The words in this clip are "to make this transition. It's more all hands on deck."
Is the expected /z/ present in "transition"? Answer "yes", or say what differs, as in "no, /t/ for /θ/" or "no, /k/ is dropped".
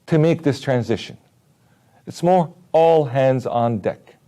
yes